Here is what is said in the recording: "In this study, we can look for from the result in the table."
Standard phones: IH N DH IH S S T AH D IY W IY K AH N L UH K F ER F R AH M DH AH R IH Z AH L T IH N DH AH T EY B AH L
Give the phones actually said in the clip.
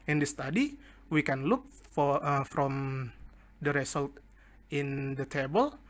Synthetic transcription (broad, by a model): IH N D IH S S T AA D IY W IY K AH N L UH K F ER F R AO M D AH R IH S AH L T IH N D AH T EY B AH L